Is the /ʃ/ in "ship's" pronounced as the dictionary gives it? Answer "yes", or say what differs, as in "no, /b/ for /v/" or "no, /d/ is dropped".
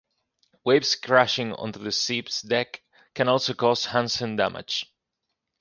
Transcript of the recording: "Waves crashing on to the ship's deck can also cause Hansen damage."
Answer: no, /s/ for /ʃ/